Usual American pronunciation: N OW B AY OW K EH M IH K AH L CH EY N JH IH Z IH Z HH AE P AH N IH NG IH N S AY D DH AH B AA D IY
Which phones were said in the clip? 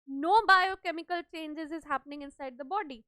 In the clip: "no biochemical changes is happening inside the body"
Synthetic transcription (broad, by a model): N OW B AY OW K EH M IH K AH L CH EY N JH IH Z IH Z HH AE P AH N IH NG IH N S AY D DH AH B AA D IY